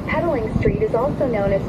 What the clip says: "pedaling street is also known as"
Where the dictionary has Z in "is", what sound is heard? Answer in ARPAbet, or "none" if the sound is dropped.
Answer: Z